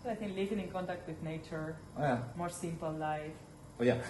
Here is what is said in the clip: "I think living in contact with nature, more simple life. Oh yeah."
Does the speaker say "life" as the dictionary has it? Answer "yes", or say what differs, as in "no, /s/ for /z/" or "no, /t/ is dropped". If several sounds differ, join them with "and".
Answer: yes